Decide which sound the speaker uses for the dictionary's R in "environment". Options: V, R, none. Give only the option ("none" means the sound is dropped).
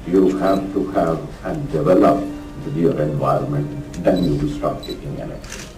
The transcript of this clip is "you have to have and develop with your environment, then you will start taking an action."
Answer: R